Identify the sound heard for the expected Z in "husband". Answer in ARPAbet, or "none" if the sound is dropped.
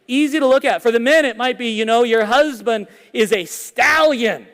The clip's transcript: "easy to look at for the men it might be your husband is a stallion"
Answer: Z